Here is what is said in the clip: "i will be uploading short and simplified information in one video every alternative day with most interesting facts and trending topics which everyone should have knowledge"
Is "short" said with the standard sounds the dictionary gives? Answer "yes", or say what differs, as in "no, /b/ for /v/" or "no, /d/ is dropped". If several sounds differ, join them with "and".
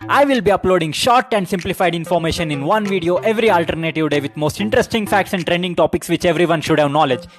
yes